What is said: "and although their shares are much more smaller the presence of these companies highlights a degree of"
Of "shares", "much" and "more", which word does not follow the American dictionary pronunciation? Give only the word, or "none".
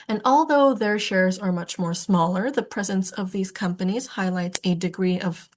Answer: none